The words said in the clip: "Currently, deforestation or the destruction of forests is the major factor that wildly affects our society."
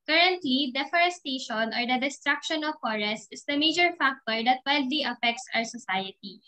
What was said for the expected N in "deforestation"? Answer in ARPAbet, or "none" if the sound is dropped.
N